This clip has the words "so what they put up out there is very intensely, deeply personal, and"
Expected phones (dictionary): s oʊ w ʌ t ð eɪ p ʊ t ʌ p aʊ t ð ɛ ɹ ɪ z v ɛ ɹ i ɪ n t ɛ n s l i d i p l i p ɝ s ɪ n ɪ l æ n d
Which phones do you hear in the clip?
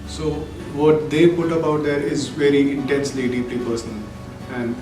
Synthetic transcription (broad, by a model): s oʊ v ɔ t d eɪ p ʊ t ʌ b aʊ t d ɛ ɹ ɪ z v ɛ ɹ i ɪ n t ɛ n s l i d i p l i p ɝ s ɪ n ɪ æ n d